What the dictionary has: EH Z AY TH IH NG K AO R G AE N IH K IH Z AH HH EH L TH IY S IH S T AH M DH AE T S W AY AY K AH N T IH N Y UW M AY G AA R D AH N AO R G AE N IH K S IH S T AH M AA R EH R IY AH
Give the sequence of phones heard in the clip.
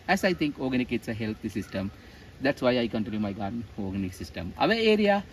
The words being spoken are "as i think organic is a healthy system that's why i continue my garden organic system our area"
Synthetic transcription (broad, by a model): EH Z AY T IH NG K AO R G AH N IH K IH S AH HH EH L T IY S IH S T AH M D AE T S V AY AY K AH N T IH L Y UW M AY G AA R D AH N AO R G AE N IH K S IH S T AH M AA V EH R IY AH